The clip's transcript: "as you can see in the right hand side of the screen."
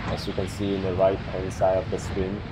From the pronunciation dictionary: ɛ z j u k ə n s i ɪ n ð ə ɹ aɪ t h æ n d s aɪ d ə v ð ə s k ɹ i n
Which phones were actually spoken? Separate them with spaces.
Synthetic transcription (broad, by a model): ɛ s j u k ə n s i ɪ n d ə ɹ aɪ t h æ n s aɪ ə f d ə s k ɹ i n